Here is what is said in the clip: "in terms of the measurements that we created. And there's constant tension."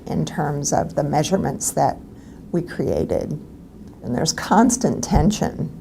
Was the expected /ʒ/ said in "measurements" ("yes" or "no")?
yes